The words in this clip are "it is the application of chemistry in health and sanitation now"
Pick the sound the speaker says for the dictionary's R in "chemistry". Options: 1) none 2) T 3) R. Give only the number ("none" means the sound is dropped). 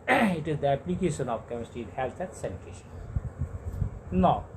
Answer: 1